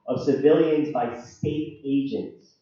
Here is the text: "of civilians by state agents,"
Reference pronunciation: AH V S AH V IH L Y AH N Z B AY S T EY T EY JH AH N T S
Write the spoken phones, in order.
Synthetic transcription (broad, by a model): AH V S AH V IH L Y AH N Z B AY S T EY T EY JH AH N T S